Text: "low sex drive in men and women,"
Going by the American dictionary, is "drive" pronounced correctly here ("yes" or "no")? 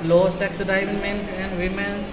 no